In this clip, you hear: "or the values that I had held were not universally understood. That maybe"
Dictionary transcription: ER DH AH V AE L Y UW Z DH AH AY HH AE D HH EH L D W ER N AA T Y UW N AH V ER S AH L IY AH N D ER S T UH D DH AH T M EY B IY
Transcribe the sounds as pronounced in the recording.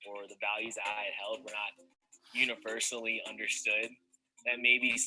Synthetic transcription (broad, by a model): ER DH AH V AE L Y UW Z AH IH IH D HH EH L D W ER N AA T Y UW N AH V ER S L IY AH N D ER S T UH D DH AH T M EY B IY